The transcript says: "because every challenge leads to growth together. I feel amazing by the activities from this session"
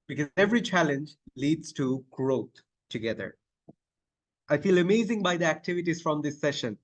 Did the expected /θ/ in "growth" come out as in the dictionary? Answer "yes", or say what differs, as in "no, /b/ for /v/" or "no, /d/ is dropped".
no, /t/ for /θ/